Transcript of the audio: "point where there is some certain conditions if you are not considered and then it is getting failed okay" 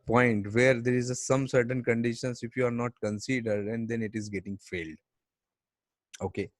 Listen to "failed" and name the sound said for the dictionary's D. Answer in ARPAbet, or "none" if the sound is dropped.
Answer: D